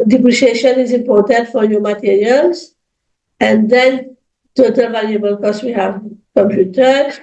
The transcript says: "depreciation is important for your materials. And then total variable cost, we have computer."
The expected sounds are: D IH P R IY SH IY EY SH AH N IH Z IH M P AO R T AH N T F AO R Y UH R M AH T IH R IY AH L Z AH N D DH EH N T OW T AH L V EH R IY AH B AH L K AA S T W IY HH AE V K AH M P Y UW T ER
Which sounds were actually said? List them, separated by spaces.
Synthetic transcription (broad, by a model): D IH P R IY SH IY EY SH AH N IH Z IH M P AO R T AH N T F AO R Y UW M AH T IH R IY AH L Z AH N D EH N T OW T AH L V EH L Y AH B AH L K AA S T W IY HH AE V K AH M P Y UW T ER